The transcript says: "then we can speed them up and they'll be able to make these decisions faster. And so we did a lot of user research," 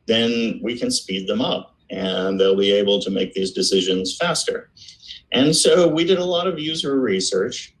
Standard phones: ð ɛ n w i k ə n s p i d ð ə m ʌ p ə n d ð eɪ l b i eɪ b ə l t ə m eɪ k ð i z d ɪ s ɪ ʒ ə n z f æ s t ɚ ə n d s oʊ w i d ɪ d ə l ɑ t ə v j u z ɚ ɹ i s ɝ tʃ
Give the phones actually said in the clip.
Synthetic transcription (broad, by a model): ð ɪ n w i k ə n s p i d ð ə m ʌ p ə n ð eɪ l b i eɪ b l t ə m eɪ k ð i z d ɪ s ɪ ʒ ə n z f æ s t ɚ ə n s oʊ w i d ɪ d ə l ɑ t ə v j u z ɚ ɹ i s ɝ tʃ